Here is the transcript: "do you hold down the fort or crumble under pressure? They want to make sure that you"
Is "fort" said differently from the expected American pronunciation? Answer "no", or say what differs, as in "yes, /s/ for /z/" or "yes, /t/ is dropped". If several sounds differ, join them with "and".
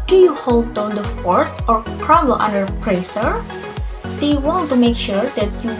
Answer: no